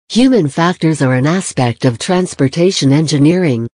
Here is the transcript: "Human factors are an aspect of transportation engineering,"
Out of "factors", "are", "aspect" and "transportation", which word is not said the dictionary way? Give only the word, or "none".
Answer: none